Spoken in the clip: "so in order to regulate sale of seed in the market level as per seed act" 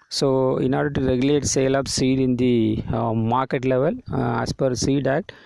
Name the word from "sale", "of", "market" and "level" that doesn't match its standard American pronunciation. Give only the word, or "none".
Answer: of